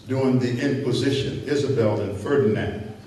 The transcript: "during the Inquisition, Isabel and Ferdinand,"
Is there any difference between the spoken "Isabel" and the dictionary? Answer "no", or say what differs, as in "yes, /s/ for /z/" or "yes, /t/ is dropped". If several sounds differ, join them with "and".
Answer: no